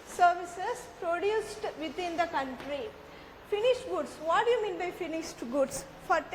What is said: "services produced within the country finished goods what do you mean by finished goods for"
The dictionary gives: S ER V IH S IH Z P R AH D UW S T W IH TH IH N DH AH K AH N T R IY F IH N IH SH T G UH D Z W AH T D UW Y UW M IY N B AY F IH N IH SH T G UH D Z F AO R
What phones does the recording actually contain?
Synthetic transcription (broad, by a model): S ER V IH S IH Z P R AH D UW S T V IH T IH N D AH K AH N T R IY F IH N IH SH T G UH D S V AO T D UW Y UW M IY N B AY F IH N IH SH T G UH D S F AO R